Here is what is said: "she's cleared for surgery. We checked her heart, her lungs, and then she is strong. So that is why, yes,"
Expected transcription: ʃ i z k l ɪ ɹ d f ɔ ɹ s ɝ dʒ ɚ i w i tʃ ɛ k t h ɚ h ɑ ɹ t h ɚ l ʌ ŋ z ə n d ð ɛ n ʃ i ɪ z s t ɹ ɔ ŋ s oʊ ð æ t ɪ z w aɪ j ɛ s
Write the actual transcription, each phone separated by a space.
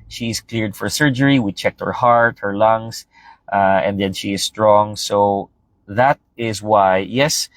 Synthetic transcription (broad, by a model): ʃ i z k l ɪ ɹ d f ɔ ɹ s ɝ dʒ ɚ i w i tʃ ɛ k t h ɚ h ɑ ɹ t h ɚ l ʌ ŋ s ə n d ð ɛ n ʃ i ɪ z s t ɹ ɔ ŋ s oʊ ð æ t ɪ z w aɪ j ɛ s